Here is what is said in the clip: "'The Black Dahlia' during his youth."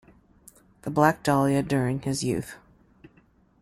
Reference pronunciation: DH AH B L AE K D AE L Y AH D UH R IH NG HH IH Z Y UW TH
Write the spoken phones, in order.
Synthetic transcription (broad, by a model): DH AH B L AE K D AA L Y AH D UH R IH NG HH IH Z Y UW TH